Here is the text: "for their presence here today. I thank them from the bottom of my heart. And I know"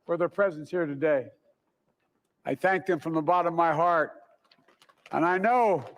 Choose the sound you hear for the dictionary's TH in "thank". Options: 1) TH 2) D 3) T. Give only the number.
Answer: 1